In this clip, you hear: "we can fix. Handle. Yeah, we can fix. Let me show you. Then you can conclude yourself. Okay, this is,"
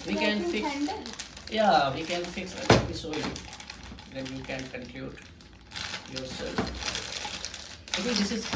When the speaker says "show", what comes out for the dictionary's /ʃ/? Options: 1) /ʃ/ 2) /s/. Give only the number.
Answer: 2